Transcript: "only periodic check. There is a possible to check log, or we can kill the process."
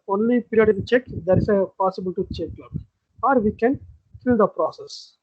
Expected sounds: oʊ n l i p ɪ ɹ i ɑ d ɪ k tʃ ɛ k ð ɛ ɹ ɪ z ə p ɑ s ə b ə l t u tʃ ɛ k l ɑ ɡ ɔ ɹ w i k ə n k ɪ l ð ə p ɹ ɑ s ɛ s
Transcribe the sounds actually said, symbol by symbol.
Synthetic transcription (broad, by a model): oʊ n l i p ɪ ɹ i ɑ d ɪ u tʃ ɛ k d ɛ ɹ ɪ s ə p ɑ s ə b ə l t u tʃ ɛ k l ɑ ɔ ɹ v i k ə n k ɪ l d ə p ɹ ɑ s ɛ s